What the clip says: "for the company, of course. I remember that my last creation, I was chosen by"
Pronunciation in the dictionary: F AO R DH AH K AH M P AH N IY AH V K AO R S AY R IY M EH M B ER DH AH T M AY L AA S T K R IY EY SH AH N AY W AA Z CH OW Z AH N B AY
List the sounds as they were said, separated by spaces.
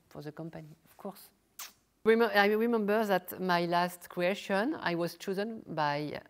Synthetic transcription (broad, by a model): F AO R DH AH K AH M P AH N IY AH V K AO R S AY R IY M EH M B ER DH AH T M AY L AA S T K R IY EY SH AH N AY W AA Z CH OW Z AH N B AY